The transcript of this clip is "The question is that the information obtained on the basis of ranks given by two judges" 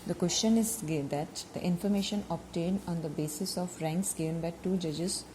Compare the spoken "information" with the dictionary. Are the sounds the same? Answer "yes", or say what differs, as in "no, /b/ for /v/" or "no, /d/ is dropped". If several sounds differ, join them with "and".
yes